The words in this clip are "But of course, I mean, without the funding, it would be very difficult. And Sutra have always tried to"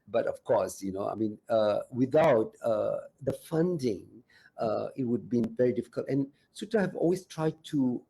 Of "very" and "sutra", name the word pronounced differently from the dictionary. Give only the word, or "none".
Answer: sutra